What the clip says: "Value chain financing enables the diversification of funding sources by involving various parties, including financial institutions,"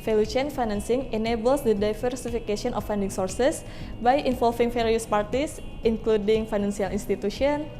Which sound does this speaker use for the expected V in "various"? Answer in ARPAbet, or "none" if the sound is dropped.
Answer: F